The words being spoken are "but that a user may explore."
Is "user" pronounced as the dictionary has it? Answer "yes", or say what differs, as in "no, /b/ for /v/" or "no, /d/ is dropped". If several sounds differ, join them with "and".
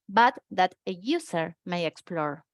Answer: no, /s/ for /z/